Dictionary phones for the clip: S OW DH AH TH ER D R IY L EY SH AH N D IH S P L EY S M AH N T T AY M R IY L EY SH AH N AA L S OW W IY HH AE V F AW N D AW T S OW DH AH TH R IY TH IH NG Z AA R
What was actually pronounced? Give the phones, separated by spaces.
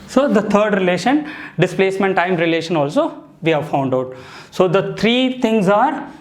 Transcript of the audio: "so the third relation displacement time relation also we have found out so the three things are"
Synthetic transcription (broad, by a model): S OW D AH T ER D R IY L EY SH AH N D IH S P L EY S M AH N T T AY M R IY L EY SH AH N AA L S OW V IY HH AE V F AW N D AW T S OW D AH T R IY T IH NG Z AA R